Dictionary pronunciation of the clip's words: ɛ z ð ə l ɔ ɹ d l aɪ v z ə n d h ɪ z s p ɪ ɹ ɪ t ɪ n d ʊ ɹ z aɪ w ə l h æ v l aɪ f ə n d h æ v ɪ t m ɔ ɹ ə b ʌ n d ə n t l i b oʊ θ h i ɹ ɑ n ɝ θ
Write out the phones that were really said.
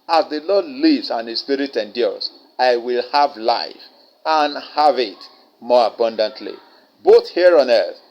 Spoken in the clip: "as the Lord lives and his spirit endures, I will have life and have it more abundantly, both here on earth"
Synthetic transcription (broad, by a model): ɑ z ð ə l ɔ d l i v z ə n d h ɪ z s p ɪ ɹ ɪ t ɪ n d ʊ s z aɪ w ə l h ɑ v l aɪ f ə n h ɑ v ɪ t m ɔ ɹ ə b ʌ n d ə n t l i b oʊ θ h i ɹ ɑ n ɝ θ